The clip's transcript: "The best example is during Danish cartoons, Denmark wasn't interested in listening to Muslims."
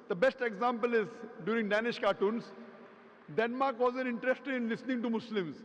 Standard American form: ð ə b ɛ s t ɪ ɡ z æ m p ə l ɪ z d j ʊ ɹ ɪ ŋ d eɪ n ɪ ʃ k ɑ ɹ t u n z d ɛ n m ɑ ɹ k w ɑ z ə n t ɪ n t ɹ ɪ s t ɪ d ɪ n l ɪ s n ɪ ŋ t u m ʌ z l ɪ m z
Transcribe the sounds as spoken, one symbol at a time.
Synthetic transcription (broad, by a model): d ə b ɛ s t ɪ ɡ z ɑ m p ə l ɪ z d j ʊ ɹ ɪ ŋ d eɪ n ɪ ʃ k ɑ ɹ t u n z d ɛ n m ɑ ɹ k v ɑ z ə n ɪ n t ɹ ɪ s t ɪ d ɪ n l ɪ s n ɪ ŋ t u m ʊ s l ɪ m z